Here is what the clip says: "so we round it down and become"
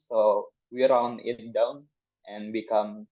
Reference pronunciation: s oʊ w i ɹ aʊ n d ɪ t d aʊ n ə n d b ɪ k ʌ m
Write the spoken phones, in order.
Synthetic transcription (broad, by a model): s oʊ w i ɹ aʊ n ɪ t d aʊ n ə n b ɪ k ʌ m